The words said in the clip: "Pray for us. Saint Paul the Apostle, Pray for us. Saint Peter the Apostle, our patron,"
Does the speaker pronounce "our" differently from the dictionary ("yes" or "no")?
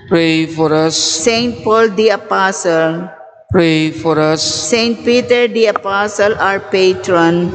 no